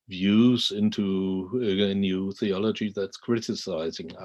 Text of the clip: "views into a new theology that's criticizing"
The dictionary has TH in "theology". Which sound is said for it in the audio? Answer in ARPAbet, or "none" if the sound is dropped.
TH